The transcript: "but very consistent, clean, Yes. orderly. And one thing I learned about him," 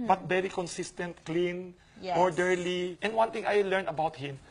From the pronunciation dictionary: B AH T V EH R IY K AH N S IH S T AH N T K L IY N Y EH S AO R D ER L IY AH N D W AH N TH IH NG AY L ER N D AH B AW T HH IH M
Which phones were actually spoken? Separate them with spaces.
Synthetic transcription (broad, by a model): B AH T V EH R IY K AH N S IH S T AH N T K L IY N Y AO R D ER L IY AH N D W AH N T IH NG AY L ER N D AH B AW T HH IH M